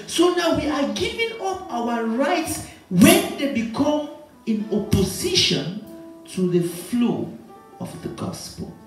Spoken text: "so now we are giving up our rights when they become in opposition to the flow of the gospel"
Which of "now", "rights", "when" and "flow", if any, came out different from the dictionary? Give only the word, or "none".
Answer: none